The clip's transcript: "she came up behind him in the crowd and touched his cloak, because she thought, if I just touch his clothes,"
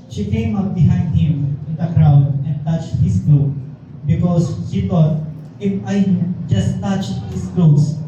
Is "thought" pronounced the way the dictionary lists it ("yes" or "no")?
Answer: no